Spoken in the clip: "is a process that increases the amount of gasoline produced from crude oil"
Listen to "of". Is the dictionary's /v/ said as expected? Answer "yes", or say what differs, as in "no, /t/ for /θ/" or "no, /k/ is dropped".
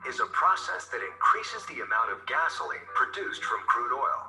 yes